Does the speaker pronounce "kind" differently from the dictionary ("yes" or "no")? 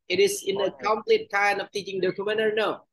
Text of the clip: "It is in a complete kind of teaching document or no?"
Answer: yes